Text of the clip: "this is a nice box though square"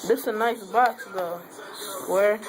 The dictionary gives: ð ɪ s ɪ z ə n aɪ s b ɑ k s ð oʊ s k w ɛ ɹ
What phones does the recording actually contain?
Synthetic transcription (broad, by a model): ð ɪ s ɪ ə n aɪ s b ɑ s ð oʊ s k w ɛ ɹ